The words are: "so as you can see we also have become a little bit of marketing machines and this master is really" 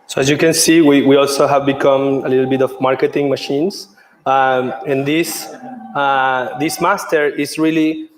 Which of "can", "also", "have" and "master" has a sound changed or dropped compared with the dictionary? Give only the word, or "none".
none